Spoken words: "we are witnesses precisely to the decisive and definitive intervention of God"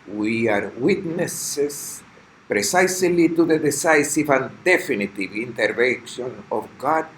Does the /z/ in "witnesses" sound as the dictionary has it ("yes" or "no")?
no